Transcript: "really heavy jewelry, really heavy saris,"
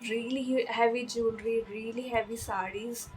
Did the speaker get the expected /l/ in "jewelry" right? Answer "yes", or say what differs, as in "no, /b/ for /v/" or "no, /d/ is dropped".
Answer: no, /n/ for /l/